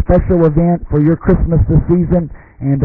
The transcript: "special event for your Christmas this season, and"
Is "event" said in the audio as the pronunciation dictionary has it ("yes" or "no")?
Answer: yes